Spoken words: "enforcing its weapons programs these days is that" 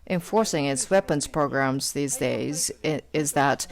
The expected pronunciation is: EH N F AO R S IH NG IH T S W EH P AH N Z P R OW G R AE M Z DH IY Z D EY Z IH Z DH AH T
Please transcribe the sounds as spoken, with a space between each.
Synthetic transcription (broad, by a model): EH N F AO R S IH NG IH T S W EH P AH N Z P R OW G R AE M Z DH IY Z D EY Z IH Z DH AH T